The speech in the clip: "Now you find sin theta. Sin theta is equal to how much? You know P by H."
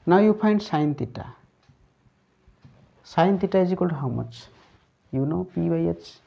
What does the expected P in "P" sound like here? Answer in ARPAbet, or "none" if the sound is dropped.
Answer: P